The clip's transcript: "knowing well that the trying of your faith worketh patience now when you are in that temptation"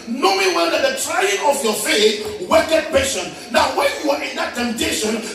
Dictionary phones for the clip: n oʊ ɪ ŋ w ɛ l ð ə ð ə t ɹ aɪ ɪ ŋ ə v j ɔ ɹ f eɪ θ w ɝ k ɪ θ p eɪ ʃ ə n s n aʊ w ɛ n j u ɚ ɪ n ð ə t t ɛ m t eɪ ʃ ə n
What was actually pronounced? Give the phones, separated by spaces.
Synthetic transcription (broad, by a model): n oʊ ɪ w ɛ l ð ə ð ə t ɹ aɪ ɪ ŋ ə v j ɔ f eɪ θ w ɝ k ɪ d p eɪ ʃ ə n n aʊ w ɛ n j u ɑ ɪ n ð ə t t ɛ m t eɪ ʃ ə n